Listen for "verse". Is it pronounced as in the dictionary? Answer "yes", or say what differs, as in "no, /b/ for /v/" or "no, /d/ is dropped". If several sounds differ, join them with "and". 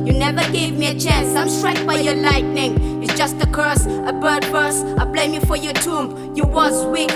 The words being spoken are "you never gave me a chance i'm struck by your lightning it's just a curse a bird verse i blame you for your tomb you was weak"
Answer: no, /b/ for /v/